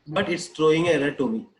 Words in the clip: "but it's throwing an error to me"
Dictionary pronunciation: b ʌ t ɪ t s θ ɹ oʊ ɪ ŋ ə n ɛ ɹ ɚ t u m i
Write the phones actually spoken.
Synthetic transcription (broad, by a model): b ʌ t ɪ t s t ɹ oʊ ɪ ŋ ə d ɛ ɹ t u m i